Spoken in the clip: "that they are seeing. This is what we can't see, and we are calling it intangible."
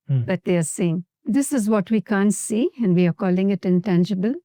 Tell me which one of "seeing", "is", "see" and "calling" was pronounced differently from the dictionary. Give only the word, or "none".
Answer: none